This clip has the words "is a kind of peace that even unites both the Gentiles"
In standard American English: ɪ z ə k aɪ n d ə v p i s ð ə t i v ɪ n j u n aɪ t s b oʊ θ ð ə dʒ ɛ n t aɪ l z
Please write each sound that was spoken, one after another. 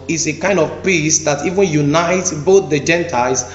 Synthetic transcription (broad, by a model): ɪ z ə k aɪ n d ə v p i s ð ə t i v ɪ n j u n aɪ t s b oʊ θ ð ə dʒ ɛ n t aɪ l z